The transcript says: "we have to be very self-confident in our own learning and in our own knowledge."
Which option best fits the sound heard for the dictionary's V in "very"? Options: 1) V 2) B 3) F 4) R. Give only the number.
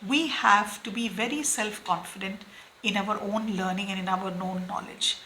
1